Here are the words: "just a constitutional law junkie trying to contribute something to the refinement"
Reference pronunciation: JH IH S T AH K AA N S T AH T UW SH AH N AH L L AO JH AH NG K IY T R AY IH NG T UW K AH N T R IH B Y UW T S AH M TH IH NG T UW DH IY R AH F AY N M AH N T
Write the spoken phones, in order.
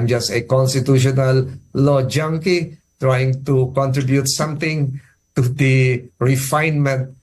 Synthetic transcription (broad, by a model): JH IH S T AH K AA N S T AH T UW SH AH N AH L L AO JH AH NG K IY T R AY IH NG T UW K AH N T R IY B Y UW T S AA M T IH NG T UW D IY R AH F AY N M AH N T